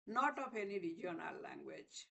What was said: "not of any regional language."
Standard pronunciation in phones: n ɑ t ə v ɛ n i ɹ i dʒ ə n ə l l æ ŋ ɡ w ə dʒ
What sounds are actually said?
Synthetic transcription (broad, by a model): n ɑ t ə p ɛ n i ɹ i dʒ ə n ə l l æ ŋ ɡ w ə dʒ